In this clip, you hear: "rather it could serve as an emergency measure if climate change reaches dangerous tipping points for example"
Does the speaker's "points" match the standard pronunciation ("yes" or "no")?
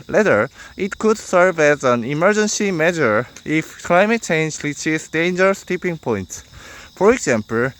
yes